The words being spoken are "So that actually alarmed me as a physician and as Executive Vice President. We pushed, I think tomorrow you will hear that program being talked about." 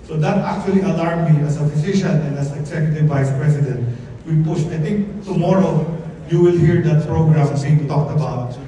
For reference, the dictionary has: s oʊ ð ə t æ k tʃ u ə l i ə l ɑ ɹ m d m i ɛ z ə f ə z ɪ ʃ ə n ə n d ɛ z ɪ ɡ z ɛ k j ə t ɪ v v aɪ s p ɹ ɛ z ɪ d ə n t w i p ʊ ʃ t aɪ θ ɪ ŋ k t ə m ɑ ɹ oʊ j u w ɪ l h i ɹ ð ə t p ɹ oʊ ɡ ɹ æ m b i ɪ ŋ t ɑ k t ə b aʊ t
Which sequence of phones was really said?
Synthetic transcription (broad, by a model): s oʊ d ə t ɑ k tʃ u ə l i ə l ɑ ɹ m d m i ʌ s ə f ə s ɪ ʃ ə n ə n d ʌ s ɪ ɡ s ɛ k j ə t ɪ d v aɪ s p ɹ ɛ s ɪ d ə n t w i p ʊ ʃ t aɪ t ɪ ŋ k t ə m ɑ ɹ oʊ j u w ɪ l h i ɹ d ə t p ɹ oʊ ɡ ɹ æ m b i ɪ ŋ t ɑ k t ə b aʊ t